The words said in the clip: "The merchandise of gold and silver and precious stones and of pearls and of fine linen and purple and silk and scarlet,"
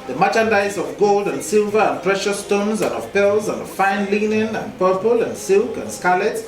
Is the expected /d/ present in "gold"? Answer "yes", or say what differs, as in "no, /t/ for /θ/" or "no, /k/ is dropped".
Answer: yes